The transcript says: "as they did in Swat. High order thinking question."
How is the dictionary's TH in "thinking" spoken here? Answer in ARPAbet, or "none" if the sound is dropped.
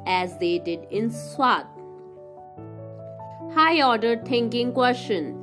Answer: T